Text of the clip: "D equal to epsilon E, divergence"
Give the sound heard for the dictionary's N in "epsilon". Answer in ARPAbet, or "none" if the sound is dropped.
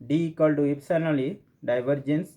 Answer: L